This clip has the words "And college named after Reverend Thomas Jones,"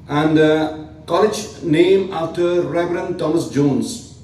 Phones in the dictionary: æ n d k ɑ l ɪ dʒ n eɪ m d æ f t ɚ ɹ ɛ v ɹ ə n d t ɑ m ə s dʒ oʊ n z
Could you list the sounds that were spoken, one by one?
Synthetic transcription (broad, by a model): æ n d k ɑ l ɪ dʒ n eɪ m æ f t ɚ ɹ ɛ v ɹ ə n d t ɑ m ə s dʒ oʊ n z